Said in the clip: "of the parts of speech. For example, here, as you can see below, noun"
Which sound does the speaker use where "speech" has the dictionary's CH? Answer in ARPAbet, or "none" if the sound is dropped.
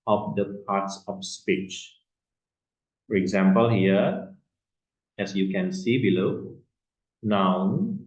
CH